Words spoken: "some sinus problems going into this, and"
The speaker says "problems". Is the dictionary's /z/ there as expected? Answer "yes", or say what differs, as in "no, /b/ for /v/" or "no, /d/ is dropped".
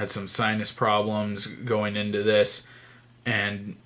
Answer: yes